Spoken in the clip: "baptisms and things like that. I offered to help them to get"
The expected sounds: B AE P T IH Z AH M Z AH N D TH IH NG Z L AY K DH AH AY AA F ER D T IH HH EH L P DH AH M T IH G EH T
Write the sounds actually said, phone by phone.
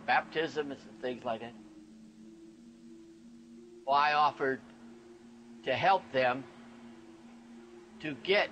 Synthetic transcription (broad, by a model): B AE P T IH Z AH M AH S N TH IH NG Z L AY K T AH AY AA F ER D T IH HH EH L P DH AH M T IH G EH T